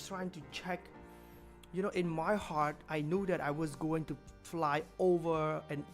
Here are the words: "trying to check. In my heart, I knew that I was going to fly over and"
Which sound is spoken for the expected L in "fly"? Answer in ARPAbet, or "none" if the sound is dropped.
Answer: L